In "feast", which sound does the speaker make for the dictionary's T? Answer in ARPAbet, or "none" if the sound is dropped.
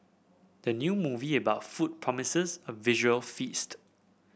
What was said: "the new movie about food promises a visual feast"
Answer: T